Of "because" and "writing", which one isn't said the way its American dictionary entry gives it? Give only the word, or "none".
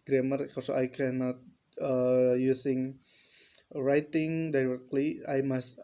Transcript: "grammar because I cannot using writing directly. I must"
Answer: because